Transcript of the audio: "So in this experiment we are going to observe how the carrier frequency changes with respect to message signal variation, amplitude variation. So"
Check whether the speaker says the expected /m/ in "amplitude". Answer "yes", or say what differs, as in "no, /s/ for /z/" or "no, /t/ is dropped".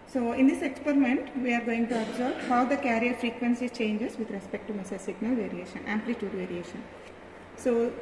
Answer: yes